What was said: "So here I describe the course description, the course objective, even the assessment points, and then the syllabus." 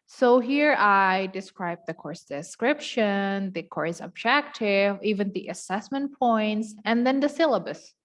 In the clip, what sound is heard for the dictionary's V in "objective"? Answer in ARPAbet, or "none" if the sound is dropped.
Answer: V